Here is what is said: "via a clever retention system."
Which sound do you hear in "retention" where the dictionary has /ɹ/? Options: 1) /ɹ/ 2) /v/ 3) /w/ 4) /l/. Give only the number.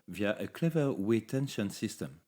3